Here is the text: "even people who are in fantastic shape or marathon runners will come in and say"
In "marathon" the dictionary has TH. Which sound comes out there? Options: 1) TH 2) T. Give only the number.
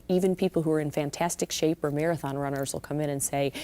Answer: 1